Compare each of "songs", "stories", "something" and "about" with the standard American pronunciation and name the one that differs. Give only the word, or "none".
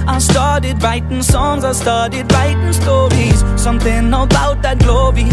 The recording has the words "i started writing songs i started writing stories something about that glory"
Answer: none